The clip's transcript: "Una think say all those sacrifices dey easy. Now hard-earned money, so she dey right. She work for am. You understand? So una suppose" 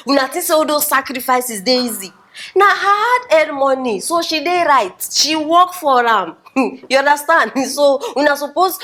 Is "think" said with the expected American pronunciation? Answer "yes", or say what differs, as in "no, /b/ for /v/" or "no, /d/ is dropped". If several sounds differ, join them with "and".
no, /t/ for /θ/